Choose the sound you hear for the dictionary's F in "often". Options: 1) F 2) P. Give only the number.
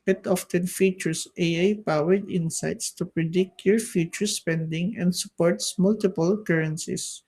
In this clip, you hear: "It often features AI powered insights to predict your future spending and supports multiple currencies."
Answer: 1